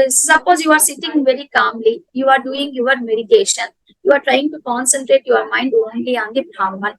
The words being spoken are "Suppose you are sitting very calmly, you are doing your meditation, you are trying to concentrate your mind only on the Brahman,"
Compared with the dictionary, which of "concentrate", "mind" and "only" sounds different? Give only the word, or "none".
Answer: none